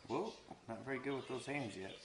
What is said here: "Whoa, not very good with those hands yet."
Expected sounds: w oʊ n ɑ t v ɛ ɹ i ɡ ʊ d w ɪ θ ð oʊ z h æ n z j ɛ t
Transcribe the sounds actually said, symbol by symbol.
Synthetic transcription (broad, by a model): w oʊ n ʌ t v ɛ ɹ i ɡ ʊ d w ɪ ð oʊ z h æ n z j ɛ t